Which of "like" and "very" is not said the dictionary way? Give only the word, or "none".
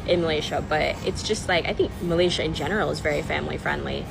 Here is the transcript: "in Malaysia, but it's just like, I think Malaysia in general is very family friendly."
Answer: none